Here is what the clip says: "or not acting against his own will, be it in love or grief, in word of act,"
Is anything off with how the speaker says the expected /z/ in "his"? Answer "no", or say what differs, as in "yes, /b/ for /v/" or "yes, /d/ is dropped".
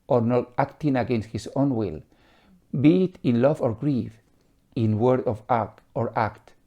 yes, /s/ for /z/